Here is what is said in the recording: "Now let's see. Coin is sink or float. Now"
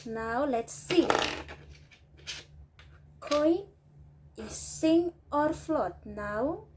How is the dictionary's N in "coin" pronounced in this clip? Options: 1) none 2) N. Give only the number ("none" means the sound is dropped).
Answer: 1